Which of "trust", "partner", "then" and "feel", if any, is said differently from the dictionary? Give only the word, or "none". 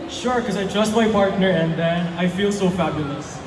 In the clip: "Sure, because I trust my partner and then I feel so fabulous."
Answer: none